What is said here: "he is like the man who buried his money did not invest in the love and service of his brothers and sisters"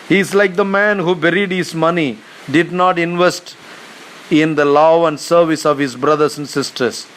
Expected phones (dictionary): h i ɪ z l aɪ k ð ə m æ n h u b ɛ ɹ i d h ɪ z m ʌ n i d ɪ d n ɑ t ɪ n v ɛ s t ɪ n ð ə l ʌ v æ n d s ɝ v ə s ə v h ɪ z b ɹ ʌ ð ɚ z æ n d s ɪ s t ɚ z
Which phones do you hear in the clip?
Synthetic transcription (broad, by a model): h i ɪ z l aɪ k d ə m æ n h u b ɛ ɹ i d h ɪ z m ʌ n i d ɪ d n ɑ t ɪ n v ɛ s t ɪ n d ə l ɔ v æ n d s ɝ v ə s ə v h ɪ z b ɹ ʌ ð ɚ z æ n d s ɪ s t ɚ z